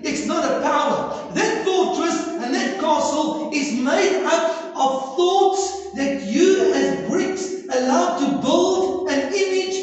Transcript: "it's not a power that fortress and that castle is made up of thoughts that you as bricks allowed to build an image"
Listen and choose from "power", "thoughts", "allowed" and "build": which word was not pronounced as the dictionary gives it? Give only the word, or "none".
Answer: none